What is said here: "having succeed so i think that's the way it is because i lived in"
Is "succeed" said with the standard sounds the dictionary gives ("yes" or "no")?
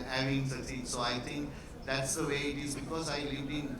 no